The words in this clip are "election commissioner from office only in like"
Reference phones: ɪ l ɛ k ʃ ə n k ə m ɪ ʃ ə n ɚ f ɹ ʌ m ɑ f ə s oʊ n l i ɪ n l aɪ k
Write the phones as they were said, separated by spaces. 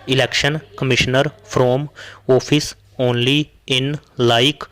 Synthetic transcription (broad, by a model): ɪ l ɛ k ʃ ə n k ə m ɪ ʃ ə n ɚ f ɹ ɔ m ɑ p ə s oʊ n l i ɪ n l aɪ k